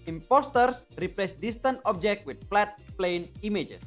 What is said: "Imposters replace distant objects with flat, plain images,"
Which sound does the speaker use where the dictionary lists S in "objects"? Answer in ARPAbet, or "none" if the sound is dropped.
none